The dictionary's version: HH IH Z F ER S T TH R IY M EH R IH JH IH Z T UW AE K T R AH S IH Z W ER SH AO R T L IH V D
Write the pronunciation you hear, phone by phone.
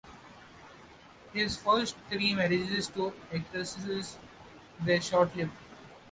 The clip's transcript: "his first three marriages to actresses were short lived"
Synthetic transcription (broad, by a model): HH IH Z F ER S T T R IY M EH R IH JH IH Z T UW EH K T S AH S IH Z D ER SH AO R T L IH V